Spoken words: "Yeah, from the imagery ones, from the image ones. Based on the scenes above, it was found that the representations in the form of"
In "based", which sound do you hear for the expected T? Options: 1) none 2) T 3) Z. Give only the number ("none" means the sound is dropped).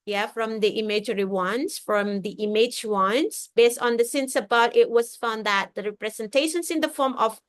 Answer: 2